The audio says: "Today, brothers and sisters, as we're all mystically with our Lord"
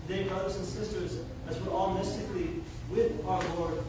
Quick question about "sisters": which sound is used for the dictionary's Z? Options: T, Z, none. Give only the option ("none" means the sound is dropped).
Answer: Z